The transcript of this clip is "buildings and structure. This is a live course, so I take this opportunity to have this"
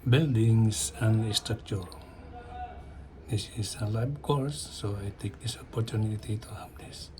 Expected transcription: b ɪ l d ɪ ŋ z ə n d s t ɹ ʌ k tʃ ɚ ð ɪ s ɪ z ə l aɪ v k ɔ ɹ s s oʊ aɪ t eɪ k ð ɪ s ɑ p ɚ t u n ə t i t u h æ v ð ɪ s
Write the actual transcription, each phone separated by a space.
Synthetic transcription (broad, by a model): b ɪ l d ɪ ŋ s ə n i s t ɹ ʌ k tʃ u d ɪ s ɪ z ə l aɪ b k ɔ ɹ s s oʊ aɪ t eɪ k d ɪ s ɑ p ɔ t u n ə t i t u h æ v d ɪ s